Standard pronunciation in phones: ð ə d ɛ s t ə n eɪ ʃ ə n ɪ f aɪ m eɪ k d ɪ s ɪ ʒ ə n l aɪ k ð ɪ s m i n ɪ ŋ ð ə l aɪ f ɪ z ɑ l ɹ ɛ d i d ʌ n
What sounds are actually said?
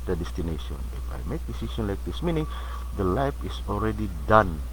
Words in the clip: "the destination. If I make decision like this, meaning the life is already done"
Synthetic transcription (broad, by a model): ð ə d ɛ s t ə n eɪ ʃ ə n ɪ f aɪ m eɪ k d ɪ s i ʃ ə n l aɪ k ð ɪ s m i n ɪ ŋ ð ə l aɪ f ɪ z ɑ l ɹ ɛ d i d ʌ n